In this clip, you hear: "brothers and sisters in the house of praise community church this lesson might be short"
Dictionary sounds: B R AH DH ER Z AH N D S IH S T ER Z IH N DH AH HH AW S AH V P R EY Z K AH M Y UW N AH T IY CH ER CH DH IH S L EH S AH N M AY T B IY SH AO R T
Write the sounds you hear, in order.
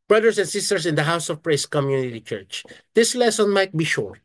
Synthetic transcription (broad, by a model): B R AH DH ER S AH N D S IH S T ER S IH N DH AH HH AW S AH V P R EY S K AH M Y UW N AH T IY CH ER CH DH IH S L EH S AH N M AY T B IY SH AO R